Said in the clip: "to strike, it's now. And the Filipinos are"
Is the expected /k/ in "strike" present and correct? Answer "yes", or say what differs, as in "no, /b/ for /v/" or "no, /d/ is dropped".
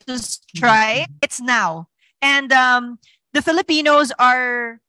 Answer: no, /k/ is dropped